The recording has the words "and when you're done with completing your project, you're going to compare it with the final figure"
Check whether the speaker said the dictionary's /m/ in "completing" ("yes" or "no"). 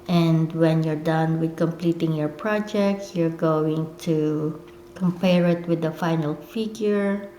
yes